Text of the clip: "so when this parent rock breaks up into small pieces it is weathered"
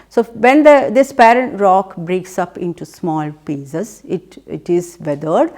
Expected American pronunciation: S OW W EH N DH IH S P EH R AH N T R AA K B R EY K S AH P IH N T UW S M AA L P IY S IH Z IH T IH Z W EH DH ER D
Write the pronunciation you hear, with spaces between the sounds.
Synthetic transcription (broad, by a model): S OW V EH N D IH S P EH R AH N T R AA K B R EY K S AH P IH N T UW S M AA L P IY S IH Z IH T IH Z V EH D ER D